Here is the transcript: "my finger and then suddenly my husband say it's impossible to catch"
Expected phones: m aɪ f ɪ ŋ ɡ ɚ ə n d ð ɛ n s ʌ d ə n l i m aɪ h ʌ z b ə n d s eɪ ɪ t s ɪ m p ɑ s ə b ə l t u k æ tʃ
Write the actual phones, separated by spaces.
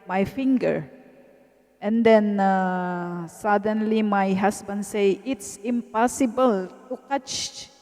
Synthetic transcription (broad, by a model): m aɪ f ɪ ŋ ɡ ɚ ə n d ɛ n s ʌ d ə n l i m aɪ h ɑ s b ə n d s eɪ ɪ t s ɪ m p ɑ s ə b ə l t u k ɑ tʃ